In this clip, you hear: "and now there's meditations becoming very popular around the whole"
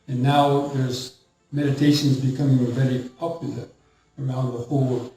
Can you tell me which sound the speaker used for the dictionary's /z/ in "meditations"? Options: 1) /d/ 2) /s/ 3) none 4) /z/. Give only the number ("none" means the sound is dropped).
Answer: 4